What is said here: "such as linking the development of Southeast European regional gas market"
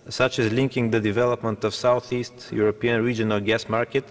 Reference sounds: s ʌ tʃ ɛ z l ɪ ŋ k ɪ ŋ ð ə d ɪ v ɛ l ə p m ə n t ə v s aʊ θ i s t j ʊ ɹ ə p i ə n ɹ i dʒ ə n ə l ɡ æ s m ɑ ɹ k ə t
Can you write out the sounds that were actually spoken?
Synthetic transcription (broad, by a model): s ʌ tʃ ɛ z l ɪ ŋ k ɪ ŋ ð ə d ɪ v ɛ l ə p m ə n t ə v s aʊ θ i s t j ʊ ɹ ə p i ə n ɹ i dʒ ə n ə l ɡ æ s m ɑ ɹ k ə t